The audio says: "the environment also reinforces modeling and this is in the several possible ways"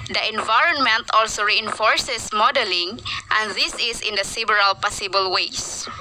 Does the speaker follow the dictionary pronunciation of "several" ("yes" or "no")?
no